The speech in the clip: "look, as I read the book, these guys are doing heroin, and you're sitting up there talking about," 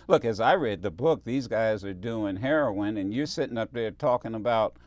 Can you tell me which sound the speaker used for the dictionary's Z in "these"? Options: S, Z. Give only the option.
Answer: Z